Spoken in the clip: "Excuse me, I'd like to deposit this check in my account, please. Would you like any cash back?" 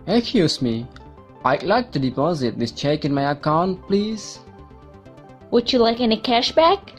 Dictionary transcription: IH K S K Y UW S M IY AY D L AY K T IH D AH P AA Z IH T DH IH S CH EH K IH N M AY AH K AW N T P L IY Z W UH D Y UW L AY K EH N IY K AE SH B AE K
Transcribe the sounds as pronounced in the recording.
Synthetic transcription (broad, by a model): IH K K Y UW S M IY AY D L AY K T IH D AH P AA Z IH T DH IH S CH EH K IH N M AY AH K AW N T P L IY Z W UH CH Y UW L AY K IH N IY K AE SH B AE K